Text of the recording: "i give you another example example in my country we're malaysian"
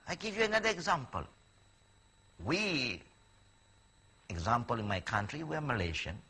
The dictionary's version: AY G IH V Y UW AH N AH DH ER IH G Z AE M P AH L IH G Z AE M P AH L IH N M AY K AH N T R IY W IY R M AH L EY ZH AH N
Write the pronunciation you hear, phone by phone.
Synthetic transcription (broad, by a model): AY G IH V Y UW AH N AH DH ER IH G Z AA M P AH L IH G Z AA M P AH L IH N M AY K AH N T R IY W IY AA M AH L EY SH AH N